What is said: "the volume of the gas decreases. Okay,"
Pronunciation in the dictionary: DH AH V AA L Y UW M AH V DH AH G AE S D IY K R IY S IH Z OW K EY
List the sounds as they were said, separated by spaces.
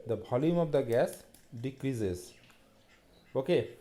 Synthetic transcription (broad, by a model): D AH B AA L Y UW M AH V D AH G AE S D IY K R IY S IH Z OW K EY